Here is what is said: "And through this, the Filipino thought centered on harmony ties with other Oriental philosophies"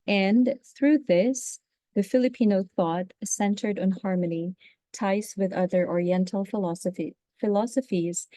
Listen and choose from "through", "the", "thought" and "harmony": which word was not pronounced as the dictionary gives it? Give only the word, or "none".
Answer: none